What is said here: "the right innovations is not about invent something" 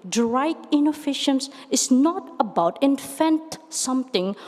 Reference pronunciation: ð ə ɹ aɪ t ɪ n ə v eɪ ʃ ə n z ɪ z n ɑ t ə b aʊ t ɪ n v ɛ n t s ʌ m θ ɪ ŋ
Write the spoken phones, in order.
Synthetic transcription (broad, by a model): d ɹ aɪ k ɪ n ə f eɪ ʃ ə n s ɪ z n ɑ t ə b aʊ t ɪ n f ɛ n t s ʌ m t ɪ ŋ